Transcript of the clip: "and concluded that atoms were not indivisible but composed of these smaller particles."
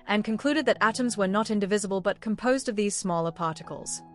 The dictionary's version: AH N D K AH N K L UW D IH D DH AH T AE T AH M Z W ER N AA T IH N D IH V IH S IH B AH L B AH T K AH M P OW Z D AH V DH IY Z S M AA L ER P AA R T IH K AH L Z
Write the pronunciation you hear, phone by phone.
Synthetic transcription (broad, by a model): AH N K AH N K L UW D IH D DH AH T AE T AH M Z W ER N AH T IH N D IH V IH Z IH B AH L B AH T K AH M P OW Z D AH V DH IY Z S M AA L ER P AA R T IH K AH L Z